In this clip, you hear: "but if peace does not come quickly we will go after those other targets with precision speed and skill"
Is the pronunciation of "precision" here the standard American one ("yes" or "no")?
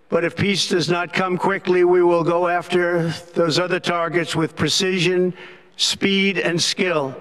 yes